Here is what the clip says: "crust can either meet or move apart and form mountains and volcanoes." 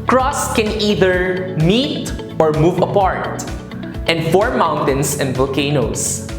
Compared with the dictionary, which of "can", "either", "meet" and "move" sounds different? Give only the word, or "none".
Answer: none